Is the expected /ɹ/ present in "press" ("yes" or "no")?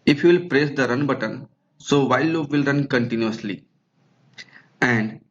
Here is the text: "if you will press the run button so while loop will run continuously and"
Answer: yes